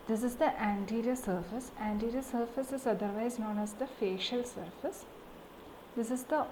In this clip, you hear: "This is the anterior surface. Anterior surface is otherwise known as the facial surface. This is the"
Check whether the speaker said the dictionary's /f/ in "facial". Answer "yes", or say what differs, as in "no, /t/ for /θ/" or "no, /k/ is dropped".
yes